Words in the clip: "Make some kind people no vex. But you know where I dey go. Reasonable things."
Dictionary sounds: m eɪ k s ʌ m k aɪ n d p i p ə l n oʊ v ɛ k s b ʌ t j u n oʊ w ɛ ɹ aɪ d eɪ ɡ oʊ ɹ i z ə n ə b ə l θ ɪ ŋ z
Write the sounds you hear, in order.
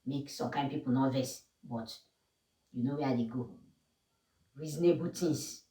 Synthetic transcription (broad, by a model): m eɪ k s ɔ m k aɪ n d p i p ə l n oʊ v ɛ s b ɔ t j u n oʊ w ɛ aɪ d eɪ ɡ oʊ ɹ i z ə n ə b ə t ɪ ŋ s